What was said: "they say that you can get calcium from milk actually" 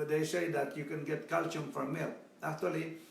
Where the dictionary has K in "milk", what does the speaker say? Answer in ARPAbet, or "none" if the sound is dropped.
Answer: none